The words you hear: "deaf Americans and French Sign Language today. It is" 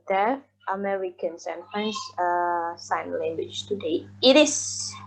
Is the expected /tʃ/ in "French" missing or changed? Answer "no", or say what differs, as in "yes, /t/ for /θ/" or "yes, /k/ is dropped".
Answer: yes, /s/ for /tʃ/